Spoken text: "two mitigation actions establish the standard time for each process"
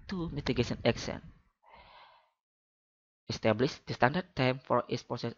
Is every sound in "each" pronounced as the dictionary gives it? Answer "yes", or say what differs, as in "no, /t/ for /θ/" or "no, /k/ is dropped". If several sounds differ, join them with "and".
no, /s/ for /tʃ/